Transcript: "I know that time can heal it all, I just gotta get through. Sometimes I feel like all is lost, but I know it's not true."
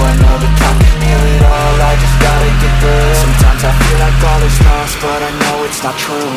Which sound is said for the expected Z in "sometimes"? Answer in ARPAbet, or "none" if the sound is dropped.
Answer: Z